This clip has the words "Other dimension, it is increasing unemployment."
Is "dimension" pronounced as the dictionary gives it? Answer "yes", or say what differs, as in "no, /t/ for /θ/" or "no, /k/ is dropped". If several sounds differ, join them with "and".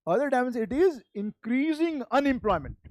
no, /s/ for /ʃ/